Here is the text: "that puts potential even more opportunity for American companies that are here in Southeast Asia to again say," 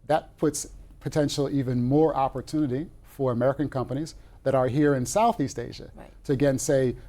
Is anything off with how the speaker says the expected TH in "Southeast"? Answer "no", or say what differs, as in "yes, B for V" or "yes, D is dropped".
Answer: no